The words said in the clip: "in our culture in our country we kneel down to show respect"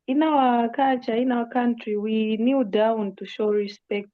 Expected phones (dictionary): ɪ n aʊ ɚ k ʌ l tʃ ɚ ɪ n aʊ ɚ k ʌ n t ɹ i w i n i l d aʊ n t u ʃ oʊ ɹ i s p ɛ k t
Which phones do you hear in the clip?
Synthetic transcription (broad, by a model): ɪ n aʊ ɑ k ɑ tʃ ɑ ɪ n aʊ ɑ k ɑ n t ɹ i w i n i d aʊ n t u ʃ oʊ ɹ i s p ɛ k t